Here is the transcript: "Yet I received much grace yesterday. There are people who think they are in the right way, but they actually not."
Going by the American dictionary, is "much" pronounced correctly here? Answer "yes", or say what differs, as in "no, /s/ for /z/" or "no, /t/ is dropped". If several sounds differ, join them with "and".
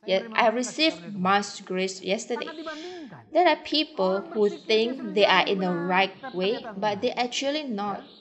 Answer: no, /s/ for /tʃ/